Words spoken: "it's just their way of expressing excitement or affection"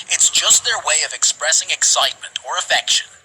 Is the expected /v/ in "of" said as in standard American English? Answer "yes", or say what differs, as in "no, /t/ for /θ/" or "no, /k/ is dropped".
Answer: yes